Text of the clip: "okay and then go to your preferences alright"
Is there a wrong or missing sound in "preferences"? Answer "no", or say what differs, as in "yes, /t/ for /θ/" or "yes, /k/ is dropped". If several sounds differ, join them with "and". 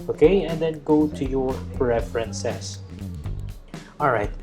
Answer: yes, /s/ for /z/